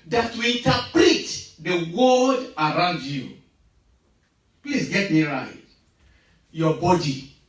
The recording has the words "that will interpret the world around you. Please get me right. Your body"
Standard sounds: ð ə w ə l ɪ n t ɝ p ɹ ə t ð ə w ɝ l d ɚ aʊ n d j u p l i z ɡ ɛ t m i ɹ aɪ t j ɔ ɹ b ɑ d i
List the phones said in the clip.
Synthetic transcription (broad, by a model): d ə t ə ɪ n t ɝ p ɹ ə t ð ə w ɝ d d aʊ n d j u p l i s ɡ ɛ t m i ɹ aɪ t j ɔ b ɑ d i